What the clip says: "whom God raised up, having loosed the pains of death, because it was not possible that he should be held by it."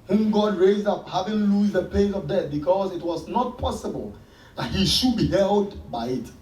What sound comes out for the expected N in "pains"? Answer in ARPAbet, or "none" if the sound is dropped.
none